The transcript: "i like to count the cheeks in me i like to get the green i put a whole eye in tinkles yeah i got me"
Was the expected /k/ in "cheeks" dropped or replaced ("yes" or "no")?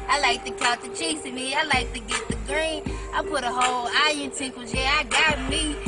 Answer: yes